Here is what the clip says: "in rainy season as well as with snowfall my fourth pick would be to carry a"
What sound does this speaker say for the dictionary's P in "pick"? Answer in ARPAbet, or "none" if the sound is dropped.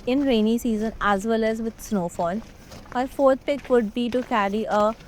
P